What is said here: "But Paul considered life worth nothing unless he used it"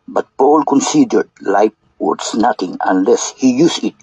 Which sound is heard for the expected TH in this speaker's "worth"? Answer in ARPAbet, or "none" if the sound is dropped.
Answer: S